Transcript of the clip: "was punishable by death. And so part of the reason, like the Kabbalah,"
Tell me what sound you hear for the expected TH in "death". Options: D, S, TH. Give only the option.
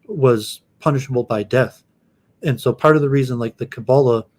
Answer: TH